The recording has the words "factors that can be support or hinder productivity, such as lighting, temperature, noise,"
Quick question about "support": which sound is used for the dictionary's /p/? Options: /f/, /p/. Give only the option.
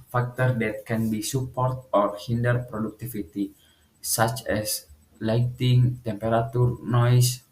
/p/